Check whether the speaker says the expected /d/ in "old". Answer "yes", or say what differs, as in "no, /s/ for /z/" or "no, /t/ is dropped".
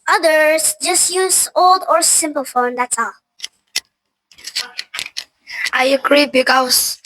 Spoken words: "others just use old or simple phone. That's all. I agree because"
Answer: yes